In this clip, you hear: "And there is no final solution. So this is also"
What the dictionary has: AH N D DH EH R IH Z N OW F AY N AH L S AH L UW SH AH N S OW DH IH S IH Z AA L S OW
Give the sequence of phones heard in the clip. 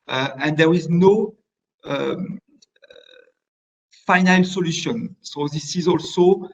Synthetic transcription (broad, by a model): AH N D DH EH R IH Z N OW F AY N AH L S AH L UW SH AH N S OW DH IH S IH Z AA L S OW